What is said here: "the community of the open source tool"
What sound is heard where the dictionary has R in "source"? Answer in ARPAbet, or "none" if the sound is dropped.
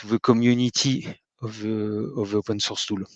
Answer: R